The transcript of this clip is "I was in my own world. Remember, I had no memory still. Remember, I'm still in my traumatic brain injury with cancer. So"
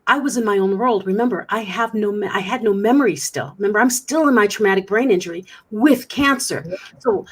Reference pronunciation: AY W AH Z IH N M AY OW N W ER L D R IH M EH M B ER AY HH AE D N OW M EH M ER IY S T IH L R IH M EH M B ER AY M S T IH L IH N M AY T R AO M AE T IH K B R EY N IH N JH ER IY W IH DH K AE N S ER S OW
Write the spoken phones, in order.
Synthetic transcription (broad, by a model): AY W AH Z IH N M AY OW N W ER L D R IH M EH M B ER AY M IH D N OW M EH M ER IY S T IH L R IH M EH M B ER AY M S T IH L IH N M AY T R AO M AE T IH K B R EY N IH N JH ER IY W IH DH K AE N S ER S OW